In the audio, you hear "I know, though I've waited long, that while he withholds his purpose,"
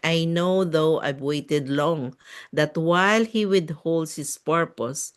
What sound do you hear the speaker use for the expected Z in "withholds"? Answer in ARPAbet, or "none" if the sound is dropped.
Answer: none